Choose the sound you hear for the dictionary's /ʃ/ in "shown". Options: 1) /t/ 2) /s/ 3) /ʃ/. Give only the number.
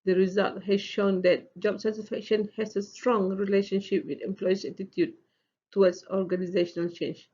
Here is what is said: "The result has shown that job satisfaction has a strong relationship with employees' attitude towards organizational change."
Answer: 3